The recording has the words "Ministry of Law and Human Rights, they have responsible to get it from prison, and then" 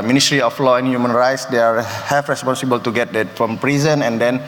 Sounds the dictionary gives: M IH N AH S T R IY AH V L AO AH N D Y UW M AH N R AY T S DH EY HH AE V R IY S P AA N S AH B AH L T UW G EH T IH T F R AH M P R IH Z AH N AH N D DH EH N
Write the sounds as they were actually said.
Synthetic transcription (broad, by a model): M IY N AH S T R IY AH F L AO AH N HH Y UW M AH N R AY T S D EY HH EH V R IY S P AA N S AH B AH L T UW G EH T IH T F R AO M P R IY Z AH N AH N D EH N